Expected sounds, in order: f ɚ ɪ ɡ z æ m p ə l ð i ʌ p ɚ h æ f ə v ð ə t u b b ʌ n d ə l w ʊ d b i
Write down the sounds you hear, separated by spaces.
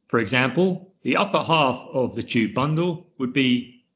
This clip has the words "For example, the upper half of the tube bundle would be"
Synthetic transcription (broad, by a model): f ɚ ɪ ɡ z æ m p ə l ð i ʌ p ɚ h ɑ f ə v ð ə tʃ u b b ʌ n d ə l w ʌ d b i